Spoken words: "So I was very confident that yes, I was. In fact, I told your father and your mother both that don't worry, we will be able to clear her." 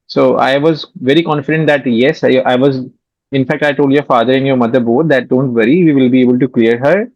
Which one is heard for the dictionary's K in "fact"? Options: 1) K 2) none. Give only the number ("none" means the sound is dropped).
1